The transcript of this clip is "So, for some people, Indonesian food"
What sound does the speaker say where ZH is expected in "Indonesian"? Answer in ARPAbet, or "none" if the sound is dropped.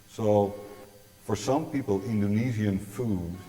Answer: Z